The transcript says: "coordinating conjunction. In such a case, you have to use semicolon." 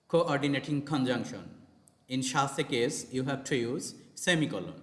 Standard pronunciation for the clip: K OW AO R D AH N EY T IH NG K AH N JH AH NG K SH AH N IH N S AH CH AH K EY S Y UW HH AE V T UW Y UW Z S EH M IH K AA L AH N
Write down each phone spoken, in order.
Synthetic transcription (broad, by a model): K OW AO R D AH N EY T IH NG K AH N JH AH NG K SH AH N IH N SH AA S AH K EY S Y UW HH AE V T UW Y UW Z S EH M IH K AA L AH N